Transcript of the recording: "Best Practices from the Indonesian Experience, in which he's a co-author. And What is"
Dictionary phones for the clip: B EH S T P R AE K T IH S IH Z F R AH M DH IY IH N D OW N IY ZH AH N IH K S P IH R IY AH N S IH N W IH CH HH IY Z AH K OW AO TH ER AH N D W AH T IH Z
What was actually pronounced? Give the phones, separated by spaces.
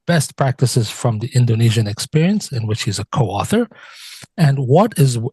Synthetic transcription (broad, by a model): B EH S T P R AE K T IH S IH Z F R AH M DH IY IH N D OW N IY ZH AH N IH K S P IH R IY AH N S IH N W IH CH HH IY Z AH K OW AO TH ER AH N W AH T IH Z